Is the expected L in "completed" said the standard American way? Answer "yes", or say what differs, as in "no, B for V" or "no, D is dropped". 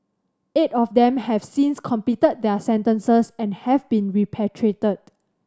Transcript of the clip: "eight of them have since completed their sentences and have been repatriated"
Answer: no, L is dropped